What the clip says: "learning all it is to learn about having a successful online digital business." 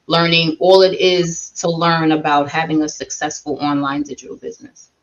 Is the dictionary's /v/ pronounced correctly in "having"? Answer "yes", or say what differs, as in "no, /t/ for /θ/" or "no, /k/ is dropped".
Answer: yes